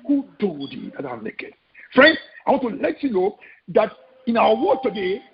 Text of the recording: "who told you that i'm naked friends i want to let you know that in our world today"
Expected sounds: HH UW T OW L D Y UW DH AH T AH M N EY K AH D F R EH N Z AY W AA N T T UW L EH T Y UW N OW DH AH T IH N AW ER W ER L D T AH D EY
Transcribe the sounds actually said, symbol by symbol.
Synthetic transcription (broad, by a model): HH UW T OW D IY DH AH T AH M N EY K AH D F R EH N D AY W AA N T T UW L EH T Y UW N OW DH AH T IH N AW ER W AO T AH D EY